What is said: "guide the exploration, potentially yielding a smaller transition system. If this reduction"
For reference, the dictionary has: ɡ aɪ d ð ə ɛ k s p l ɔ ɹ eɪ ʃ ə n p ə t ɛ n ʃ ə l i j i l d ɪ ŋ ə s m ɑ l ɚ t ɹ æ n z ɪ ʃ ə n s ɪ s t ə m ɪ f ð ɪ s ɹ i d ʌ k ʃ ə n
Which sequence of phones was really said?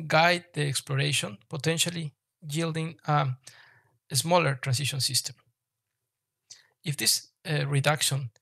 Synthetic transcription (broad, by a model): ɡ aɪ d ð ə ɛ k s p l ɔ ɹ eɪ ʃ ə n p ə t ɛ n ʃ ə l i j i l d ɪ ŋ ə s m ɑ l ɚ t ɹ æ n s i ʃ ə n s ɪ s t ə m ɪ f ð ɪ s ɹ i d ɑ k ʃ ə n